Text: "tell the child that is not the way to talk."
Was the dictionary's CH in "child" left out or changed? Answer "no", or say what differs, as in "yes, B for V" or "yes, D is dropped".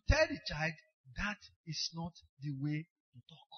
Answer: no